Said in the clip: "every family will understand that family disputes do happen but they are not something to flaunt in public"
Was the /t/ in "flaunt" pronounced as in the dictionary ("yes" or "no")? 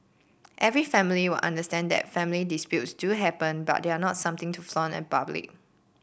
no